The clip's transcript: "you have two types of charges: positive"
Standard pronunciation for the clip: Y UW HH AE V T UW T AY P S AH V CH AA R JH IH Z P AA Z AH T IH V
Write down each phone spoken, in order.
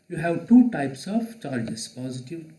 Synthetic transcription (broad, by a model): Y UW HH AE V T UW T AY P S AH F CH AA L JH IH S P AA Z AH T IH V